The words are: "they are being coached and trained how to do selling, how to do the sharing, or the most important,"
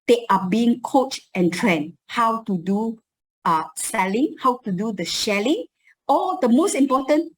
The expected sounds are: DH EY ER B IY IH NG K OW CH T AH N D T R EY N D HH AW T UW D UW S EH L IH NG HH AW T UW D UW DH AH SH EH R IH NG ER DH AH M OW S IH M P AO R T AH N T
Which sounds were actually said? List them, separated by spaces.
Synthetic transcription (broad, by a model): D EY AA B IY IH NG K OW CH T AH N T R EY N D HH AW T UW D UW S EH L IH NG HH AW T UW D UW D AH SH EH L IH NG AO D AH M OW S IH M P AO T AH N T